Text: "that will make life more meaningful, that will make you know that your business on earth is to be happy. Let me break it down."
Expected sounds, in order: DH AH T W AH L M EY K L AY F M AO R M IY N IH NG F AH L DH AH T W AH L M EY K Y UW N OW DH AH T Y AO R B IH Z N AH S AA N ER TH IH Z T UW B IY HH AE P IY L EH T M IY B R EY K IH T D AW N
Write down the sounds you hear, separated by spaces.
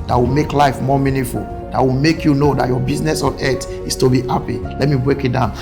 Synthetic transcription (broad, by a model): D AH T W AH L M EY K L AY F M AO M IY N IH F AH L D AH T W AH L M EY K Y UW N OW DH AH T Y AO B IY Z N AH S AA N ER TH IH S T UW B IY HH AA P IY L EH T M IY B R EY K IH T D AW N